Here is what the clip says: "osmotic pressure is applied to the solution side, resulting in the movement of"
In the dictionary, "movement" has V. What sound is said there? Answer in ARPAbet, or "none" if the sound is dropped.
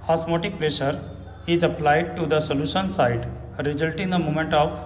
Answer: none